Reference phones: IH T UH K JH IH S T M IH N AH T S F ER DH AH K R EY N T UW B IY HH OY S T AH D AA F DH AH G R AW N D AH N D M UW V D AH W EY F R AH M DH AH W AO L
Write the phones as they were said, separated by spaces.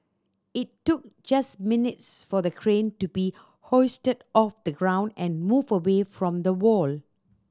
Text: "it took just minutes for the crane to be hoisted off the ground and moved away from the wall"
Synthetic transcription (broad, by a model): IH T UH K JH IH S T M IH N AH T S F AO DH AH K R EY N T UW B IY HH OY S T AH D AA F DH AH G R AW N D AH N M UW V AH W EY F R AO M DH AH W AO L